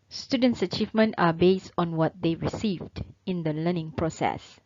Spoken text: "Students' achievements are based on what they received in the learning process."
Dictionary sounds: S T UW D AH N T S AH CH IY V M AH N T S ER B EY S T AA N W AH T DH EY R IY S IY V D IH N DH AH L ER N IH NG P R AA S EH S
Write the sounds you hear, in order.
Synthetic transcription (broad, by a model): S T UW D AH N T S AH CH IY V M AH N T AA B EY S T AA N W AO T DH EY R IY S IY V D IH N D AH L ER N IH NG P R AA S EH S